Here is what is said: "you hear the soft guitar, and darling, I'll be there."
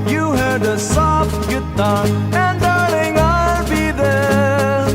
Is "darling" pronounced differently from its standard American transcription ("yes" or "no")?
yes